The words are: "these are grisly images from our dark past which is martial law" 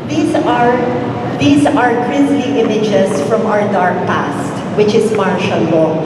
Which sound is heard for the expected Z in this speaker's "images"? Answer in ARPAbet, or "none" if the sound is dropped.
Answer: S